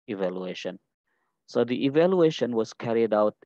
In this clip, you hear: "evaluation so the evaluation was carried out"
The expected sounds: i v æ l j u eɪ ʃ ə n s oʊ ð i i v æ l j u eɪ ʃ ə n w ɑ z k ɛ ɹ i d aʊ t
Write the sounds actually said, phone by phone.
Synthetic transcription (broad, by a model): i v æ l j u eɪ ʃ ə n s oʊ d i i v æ l j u eɪ ʃ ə n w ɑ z k ɛ ɹ i d aʊ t